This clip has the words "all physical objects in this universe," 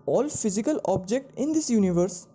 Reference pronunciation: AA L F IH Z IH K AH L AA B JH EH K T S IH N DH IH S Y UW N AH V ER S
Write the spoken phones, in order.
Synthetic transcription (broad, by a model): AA L F IH Z IH K AH L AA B JH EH K T IH N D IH S Y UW N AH V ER S